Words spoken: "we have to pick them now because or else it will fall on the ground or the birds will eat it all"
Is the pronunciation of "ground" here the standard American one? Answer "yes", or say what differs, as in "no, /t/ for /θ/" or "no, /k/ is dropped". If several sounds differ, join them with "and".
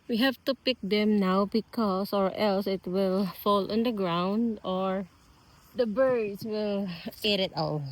yes